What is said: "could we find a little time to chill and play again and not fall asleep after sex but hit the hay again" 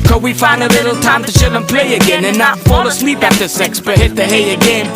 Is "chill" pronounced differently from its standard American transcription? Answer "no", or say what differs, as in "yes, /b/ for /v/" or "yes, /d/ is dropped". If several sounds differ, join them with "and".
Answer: yes, /ʃ/ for /tʃ/